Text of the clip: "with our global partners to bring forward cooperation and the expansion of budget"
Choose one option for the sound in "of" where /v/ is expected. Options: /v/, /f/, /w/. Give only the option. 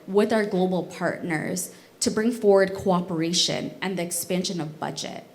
/v/